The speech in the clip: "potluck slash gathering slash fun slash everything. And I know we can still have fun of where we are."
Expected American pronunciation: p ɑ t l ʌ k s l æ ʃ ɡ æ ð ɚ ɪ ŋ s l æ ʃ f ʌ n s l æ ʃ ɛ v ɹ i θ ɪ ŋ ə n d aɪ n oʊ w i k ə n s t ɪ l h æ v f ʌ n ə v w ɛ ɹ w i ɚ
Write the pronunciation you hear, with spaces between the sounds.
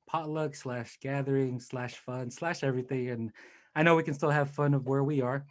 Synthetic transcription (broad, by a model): p ɑ t l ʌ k s l æ ʃ ɡ æ ð ɚ ɪ ŋ s l æ ʃ f ʌ n s l æ ʃ ɛ v ɹ i θ ɪ ŋ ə n aɪ n oʊ w i k ə n s t ɪ l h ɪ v f ʌ n ə v w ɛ ɹ w i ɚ